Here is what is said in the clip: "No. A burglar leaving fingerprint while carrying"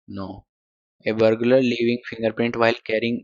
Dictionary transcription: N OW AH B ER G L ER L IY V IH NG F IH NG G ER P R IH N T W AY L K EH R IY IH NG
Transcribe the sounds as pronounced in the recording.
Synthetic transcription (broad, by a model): N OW AH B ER G L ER L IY V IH NG F IH NG G ER P R IH N T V AY L K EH R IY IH NG